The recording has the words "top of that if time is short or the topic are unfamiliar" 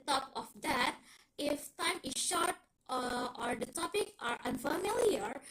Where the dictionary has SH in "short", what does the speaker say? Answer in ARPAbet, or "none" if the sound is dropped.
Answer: SH